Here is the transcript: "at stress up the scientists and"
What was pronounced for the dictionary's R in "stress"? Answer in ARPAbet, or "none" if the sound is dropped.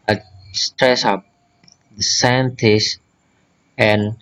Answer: R